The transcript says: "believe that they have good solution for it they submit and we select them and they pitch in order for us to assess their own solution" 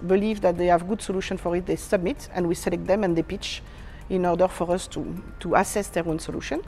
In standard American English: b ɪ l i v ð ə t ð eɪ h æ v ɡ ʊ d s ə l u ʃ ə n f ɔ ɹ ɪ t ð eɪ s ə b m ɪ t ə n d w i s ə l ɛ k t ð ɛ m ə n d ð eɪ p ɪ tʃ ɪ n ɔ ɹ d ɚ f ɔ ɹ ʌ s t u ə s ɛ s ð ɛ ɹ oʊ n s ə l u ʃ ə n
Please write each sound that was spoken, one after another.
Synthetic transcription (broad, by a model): b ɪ l i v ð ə t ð eɪ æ v ɡ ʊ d s ə l u ʃ ə n f ɔ ɹ ɪ t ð eɪ s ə b m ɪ t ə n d w i s ə l ɛ k t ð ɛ m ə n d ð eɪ p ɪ tʃ ɪ n ɔ ɹ d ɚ f ɔ ɹ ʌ s t u ə s ɛ s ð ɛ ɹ oʊ n s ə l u ʃ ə n